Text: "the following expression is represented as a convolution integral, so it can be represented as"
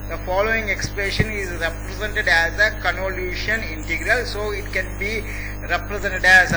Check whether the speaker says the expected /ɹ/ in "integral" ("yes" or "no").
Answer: yes